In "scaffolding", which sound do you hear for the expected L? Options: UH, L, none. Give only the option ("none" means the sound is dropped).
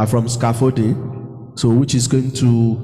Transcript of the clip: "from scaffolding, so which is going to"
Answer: none